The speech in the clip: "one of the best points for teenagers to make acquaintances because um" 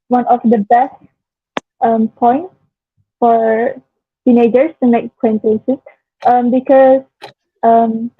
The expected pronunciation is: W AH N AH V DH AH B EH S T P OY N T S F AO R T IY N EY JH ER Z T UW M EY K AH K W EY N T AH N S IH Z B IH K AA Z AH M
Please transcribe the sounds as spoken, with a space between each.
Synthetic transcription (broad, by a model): W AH N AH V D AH B EH S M P OY N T F AO R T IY N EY JH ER S T UW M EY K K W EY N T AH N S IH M B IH K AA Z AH M